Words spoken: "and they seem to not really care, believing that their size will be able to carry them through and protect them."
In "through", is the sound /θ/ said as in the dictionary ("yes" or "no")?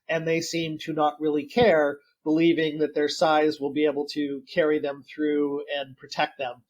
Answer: yes